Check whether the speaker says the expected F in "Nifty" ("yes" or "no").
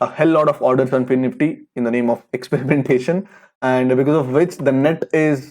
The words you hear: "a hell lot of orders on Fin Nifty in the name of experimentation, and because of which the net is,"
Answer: no